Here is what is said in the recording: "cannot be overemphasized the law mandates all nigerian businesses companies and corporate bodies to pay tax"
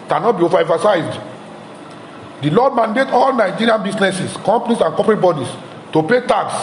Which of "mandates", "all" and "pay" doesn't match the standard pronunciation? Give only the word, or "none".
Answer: mandates